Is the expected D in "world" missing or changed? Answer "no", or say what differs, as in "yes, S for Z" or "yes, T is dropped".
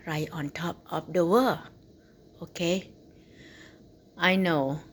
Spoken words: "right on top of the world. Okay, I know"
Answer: yes, D is dropped